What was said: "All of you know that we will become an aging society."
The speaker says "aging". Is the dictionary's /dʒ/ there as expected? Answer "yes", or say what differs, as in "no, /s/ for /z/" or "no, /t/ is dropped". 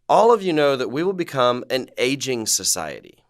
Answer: yes